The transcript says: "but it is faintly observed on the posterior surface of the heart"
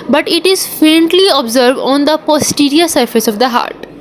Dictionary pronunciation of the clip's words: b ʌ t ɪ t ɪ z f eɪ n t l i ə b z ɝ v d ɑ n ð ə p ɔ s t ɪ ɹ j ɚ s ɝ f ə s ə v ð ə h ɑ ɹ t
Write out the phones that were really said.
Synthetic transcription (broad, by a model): b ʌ t ɪ t ɪ z f eɪ n t l i ə b z ɝ v d ɑ n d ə p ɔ s t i ɹ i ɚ s ɝ f ə s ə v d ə h ɑ ɹ t